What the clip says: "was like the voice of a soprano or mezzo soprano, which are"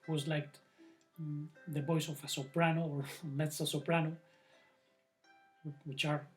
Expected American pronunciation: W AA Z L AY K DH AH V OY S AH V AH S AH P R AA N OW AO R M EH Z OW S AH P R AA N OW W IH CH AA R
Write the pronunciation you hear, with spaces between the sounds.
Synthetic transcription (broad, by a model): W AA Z L AY K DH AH B OY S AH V AH S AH P R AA N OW AO R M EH S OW S AH P R AA N OW W IH CH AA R